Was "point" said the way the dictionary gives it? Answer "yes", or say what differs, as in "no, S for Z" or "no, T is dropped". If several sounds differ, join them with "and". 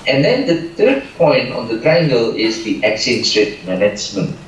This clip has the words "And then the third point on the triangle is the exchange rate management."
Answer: yes